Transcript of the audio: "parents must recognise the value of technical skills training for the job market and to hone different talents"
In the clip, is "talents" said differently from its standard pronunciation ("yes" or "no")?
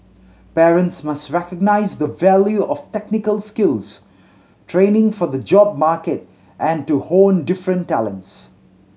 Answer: no